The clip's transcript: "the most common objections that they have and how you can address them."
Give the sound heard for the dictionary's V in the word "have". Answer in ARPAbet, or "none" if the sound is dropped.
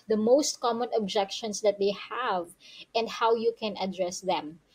V